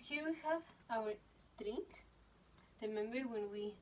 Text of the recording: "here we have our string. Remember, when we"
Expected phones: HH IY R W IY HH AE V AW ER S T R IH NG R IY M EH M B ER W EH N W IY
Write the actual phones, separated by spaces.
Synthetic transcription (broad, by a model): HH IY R W IY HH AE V AW ER S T R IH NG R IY M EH M B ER W EH N W IY